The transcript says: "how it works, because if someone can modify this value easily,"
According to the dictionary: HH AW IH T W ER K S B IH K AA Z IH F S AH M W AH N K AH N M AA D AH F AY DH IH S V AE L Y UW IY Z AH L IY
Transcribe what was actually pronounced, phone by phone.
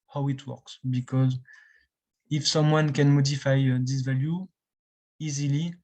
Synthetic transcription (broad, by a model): HH AW IH T W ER K S B IH K AA Z IH F S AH M W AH N K AH N M AA D AH F AY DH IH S V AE L Y UW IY Z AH L IY